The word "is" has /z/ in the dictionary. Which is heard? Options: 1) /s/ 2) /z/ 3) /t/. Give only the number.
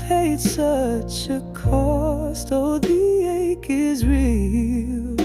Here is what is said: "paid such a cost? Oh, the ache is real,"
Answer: 2